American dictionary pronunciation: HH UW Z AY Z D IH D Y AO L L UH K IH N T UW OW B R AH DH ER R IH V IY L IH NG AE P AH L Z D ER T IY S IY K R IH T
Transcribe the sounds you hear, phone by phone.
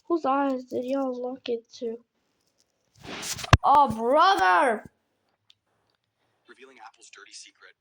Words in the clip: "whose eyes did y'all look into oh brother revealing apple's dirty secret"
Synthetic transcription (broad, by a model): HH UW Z AY Z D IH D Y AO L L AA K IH T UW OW B R AH DH ER R IH V IY L IH NG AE P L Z D ER T IY S IY K R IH T